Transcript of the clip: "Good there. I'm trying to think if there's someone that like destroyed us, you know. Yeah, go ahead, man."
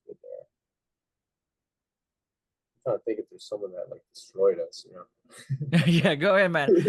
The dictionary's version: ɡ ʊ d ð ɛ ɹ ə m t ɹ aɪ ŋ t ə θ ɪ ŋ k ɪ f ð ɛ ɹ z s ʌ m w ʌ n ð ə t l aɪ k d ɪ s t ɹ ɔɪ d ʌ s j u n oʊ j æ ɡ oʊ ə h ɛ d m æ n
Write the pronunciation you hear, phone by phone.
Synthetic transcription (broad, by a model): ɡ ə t aɪ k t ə θ ɪ ŋ k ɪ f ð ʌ ɹ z s ʌ m w ʌ n ð ə t l aɪ k d ɪ s t ɹ ɔɪ d ʌ s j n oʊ j æ ɡ oʊ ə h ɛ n m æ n